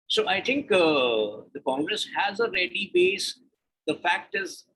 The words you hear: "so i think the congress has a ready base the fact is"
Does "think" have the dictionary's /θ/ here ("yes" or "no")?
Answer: no